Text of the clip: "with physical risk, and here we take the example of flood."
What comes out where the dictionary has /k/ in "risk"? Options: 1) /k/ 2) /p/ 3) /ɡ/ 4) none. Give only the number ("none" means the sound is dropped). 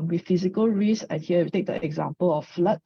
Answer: 4